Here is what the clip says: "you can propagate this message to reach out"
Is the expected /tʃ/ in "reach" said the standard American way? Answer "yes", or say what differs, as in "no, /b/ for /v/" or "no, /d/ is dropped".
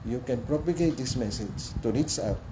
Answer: no, /s/ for /tʃ/